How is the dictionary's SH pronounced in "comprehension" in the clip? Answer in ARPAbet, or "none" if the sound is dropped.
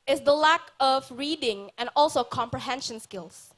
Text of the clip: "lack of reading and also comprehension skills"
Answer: SH